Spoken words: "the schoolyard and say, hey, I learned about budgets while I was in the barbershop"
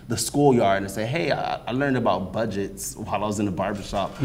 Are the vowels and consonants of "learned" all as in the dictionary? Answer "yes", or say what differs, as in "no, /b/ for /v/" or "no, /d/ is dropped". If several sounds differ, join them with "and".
yes